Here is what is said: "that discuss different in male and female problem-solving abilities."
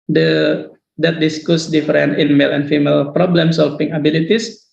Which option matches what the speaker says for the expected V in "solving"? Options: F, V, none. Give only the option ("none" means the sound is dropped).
F